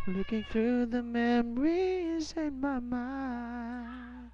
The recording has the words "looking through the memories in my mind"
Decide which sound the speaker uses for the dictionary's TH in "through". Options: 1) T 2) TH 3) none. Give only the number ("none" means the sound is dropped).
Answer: 2